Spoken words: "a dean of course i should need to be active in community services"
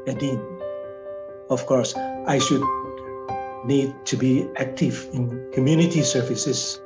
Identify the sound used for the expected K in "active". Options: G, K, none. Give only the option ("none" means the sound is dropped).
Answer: K